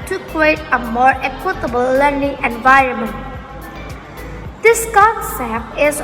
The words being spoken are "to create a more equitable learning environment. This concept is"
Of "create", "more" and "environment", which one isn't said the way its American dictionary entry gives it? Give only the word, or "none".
none